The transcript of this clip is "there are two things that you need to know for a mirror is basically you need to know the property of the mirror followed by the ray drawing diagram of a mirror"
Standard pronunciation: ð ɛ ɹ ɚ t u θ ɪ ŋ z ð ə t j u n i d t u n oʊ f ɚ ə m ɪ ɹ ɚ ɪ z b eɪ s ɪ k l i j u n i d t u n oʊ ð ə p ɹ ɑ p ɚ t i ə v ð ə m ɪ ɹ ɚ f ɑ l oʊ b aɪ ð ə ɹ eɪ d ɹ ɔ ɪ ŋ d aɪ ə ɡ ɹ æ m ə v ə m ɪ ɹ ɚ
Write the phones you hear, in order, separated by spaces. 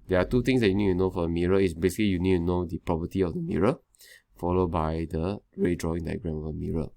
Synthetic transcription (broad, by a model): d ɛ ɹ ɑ t u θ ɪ ŋ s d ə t j u n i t t u n oʊ f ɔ ə m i ɹ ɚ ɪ s b eɪ s ɪ k l i j u n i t t u n oʊ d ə p ɹ ɑ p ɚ t i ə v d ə m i ɹ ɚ f ɑ l oʊ b aɪ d ə ɹ eɪ d ɹ ɔ ɪ ŋ d aɪ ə ɡ ɹ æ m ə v ə m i ɹ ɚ